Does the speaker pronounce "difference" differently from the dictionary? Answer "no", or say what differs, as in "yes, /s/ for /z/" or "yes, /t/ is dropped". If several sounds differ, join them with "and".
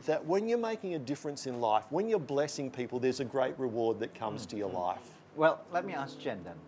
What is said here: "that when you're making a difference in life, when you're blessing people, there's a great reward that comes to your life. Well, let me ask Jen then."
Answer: no